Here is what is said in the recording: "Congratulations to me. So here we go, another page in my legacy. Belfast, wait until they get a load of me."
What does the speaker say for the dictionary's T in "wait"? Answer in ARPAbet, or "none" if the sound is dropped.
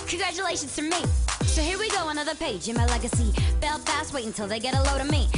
none